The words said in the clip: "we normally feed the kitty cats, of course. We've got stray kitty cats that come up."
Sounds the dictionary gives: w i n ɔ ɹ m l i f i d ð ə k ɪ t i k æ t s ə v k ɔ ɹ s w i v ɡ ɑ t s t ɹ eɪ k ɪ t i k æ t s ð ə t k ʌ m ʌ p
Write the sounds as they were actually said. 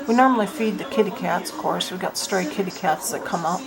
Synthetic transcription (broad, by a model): w i n ɔ ɹ m l i f i d ð ə k ɪ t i k æ t s ə v k ɔ ɹ s w i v ɡ ɑ t s t ɹ eɪ k ɪ t i k æ t s ð ə t k ʌ m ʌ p